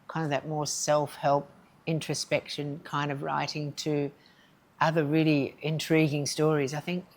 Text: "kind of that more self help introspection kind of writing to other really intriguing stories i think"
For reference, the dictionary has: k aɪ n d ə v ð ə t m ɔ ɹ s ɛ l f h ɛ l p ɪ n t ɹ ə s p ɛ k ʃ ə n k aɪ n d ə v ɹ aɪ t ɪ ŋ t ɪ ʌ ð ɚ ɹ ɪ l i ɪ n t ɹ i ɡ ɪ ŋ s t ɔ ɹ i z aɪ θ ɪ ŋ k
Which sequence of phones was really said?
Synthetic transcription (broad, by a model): k aɪ n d ə v ð ə t m ɔ ɹ s ɛ l f h ɛ l p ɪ n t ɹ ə s p ɛ k ʃ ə n k aɪ n d ə v ɹ aɪ t ɪ ŋ t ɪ ʌ ð ɚ ɹ ɪ l i ɪ n t ɹ i ɡ ɪ ŋ s t ɔ ɹ i z aɪ θ ɪ ŋ k